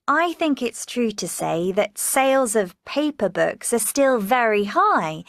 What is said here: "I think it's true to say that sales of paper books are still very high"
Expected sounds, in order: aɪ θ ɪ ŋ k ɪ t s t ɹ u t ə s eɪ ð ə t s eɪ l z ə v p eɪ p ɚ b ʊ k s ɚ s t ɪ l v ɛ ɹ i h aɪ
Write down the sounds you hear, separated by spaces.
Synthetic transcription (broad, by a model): aɪ θ ɪ ŋ k ɪ t s t ɹ u t ə s eɪ ð ə t s eɪ l z ə v p eɪ p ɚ b ʊ k s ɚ s t ɪ l v ɛ ɹ i h aɪ